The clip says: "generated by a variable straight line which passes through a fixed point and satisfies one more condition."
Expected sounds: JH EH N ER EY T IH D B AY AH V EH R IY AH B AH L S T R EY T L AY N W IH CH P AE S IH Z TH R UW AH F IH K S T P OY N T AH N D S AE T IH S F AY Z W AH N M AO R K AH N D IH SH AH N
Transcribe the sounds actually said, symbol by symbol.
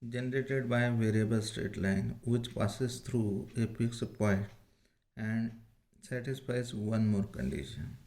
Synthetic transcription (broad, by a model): JH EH N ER EY T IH D B AY V EH R IY AH B AH L S T R EY T L AY N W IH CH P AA S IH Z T R UW AH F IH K S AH P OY T AH N D S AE T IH S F AY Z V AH N M AO R K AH N D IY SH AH N